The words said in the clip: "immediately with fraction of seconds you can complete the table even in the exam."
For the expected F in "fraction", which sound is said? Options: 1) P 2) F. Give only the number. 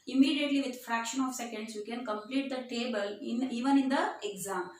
2